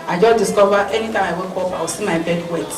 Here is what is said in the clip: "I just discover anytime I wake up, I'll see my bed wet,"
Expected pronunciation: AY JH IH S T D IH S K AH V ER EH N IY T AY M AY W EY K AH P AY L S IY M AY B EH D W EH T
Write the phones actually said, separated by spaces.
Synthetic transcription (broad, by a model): AY JH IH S D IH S K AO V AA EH N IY T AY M AY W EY K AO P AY W S IY M AY B EH D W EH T